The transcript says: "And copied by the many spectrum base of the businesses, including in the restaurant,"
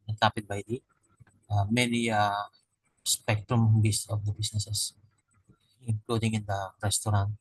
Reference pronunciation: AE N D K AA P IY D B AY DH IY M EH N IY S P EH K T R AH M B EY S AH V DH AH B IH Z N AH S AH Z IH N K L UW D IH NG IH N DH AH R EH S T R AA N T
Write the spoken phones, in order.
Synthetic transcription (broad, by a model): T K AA P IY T B AY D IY M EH N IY S P EH K T R AH M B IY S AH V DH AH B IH S N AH S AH S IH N K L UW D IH NG IH N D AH R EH S T R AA N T